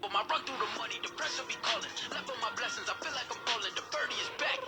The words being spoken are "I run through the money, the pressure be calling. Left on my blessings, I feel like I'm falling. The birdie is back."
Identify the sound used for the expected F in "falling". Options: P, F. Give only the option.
P